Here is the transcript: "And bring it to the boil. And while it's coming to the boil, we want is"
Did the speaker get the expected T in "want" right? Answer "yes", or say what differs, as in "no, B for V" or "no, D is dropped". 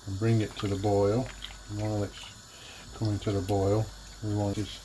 no, T is dropped